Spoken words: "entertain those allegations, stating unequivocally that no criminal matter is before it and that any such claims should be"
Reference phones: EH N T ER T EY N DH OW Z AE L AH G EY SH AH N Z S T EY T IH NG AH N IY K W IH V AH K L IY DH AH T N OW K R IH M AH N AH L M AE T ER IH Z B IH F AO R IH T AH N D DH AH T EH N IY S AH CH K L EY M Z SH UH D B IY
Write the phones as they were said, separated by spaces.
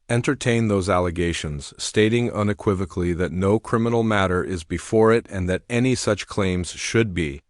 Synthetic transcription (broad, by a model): EH N T ER T EY N DH OW Z AE L AH G EY SH AH N Z S T EY T IH NG AH N IY K W IH V AH K L IY DH AH T N OW K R IH M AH N L M AE T ER IH Z B IH F AO R IH T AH N DH AH T EH N IY S AH CH K L EY M Z SH UH D B IY